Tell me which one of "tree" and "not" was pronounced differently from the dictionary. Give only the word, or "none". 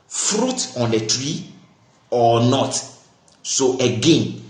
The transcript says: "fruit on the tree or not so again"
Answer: none